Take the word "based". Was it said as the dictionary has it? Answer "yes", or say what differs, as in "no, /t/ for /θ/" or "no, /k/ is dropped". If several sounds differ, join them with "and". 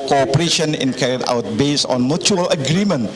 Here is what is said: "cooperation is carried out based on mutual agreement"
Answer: no, /t/ is dropped